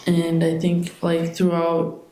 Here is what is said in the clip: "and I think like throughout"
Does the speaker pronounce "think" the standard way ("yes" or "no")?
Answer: yes